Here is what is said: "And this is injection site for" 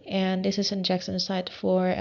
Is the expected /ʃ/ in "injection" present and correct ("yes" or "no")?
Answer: no